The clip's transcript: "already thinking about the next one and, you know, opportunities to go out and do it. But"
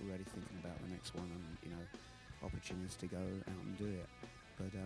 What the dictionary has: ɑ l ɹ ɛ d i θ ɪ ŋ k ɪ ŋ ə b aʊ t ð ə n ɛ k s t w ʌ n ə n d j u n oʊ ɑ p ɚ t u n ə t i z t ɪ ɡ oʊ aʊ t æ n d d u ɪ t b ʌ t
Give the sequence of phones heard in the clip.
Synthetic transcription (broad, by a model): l ɹ ɛ d i θ ɪ ŋ k ɪ ŋ ə b aʊ t ð ə n ɛ k s t w ʌ n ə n j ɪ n oʊ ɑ p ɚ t u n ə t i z t ɪ ɡ oʊ aʊ t n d d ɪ ɪ t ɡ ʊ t